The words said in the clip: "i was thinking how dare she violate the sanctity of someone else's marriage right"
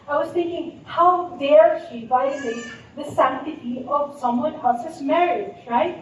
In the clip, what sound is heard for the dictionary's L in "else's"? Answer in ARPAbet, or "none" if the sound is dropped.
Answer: none